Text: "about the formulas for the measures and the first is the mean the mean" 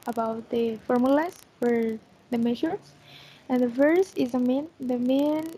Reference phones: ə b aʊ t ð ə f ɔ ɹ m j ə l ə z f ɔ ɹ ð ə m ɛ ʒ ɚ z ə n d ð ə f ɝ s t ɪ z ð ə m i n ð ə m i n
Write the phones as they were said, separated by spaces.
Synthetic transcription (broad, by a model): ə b aʊ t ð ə f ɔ ɹ m j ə l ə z f ɔ ɹ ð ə m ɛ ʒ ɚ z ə n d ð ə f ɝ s ɪ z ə m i n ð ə m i n